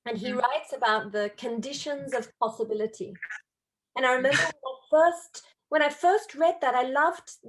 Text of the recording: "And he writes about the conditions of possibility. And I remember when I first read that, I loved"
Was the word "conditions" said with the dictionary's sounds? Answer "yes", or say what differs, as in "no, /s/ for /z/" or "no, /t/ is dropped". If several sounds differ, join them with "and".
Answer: yes